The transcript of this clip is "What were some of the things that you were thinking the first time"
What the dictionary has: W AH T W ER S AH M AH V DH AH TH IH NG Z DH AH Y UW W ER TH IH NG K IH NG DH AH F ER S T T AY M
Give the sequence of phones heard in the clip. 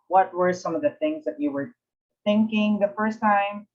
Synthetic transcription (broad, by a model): W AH T W ER S AH M AH V DH AH TH IH NG Z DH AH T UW W ER TH IH NG K IH NG DH AH F ER S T T AY M